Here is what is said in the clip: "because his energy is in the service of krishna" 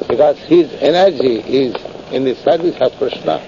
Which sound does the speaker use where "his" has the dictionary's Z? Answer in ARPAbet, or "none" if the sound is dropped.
Z